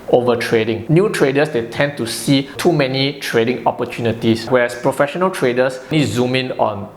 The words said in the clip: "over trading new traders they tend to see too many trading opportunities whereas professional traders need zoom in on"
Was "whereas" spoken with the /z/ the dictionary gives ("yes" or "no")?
no